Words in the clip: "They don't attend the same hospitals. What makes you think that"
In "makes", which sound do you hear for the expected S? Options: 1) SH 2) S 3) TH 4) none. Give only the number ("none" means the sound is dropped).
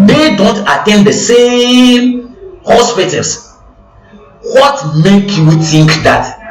4